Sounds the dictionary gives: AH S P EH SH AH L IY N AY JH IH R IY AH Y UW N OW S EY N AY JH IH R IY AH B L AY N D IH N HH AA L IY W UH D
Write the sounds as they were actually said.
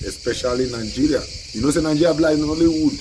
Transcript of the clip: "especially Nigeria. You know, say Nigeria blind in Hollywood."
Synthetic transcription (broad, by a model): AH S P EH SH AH L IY N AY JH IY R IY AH N OW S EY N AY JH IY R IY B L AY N IH N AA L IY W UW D